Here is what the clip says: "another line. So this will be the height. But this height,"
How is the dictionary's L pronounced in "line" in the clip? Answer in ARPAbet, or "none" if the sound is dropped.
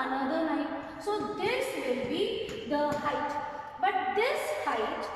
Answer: N